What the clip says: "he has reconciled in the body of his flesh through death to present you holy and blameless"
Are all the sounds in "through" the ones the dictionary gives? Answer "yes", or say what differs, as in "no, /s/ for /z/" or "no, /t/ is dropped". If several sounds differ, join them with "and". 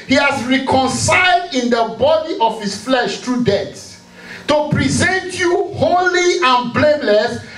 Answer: no, /t/ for /θ/